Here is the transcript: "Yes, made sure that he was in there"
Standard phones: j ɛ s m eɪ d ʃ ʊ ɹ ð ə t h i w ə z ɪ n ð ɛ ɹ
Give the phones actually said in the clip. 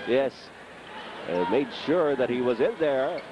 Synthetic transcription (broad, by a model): j ɛ s m eɪ d ʃ ʊ ɹ ð ə t h i w ə z ɪ n ð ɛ ɹ